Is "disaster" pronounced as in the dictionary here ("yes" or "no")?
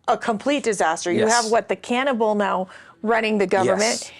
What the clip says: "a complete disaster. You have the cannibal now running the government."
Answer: yes